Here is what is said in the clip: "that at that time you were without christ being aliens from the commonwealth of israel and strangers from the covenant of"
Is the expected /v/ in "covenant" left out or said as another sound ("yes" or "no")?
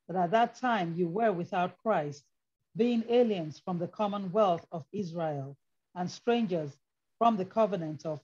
no